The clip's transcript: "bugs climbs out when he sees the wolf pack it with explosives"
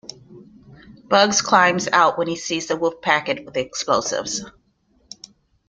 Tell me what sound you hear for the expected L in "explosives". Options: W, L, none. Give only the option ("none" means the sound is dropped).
L